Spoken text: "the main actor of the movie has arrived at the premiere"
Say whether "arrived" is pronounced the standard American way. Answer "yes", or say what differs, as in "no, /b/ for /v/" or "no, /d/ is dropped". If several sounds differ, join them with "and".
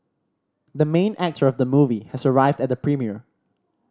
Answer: yes